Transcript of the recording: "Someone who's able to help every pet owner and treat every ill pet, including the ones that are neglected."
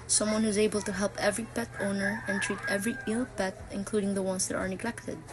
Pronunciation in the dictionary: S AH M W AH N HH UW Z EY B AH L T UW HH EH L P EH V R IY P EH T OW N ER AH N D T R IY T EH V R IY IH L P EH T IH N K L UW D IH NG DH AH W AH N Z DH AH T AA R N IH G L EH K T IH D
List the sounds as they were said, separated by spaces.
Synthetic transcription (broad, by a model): S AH M W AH N HH UW Z EY B AH L T UW HH EH L P EH V R IY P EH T OW N ER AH N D T R IY T EH V R IY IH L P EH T IH N K L UW D IH NG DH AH W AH N S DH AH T AA R N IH G L EH K T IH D